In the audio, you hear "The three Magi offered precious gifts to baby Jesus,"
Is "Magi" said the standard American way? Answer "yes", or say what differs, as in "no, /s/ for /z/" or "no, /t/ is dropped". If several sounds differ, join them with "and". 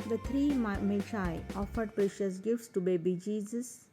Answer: no, /ʃ/ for /dʒ/